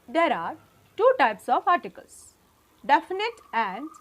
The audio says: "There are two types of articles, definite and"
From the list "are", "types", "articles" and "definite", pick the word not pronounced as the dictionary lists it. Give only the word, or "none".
articles